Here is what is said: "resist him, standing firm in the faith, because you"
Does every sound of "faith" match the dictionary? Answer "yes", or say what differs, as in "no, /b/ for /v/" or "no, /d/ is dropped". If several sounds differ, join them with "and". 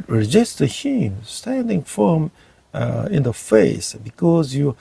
no, /s/ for /θ/